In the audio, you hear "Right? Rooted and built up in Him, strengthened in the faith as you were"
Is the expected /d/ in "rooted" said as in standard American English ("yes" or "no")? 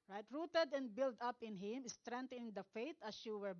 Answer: yes